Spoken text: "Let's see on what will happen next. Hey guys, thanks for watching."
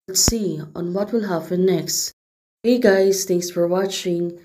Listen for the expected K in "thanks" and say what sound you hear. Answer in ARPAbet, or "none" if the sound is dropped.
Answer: none